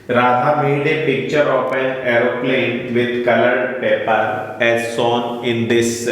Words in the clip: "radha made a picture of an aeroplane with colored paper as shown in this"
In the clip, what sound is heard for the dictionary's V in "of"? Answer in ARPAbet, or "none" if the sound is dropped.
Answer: P